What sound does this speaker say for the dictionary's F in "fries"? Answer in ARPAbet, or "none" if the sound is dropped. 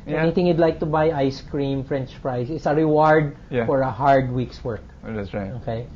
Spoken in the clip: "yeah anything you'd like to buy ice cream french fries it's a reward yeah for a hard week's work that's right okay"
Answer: P